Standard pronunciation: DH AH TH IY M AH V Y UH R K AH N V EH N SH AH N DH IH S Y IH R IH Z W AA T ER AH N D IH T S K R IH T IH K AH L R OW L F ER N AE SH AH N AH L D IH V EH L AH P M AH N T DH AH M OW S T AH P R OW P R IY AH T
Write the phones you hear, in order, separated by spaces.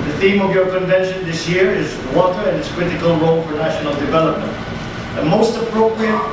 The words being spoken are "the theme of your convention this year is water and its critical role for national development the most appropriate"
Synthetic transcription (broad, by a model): DH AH TH IY M AH V Y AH R K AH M V EH N SH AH N DH IH S Y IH R IH Z W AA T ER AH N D IH T S K R IH T IH K AH L R OW L F ER N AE SH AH N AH L D IH V EH L AH P M AH N T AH M OW S T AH P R OW P R IY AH T